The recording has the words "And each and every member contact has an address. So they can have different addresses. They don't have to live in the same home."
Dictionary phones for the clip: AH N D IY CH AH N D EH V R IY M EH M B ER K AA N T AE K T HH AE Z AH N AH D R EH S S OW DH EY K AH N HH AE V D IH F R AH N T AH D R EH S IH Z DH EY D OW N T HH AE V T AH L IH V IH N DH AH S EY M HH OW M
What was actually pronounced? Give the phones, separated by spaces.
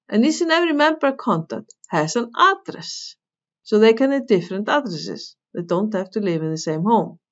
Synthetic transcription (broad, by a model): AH N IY S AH N EH V R IY M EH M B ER K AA N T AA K T HH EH S AH N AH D R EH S S OW DH EY K AH N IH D IH F R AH N T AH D R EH S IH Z DH EY D OW N T HH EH F T AH L IH V IH N DH AH S EY M HH OW M